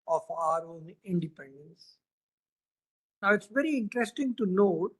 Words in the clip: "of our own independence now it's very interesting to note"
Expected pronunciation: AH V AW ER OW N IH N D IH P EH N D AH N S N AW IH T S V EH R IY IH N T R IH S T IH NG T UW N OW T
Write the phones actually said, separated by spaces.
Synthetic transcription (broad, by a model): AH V AW ER OW N IH N D IH P EH N D AH N S N AW IH T S V EH R IY IH N T R IH S T IH NG T UW N OW T